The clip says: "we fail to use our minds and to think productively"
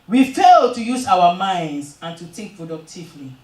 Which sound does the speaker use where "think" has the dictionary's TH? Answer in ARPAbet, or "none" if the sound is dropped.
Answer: T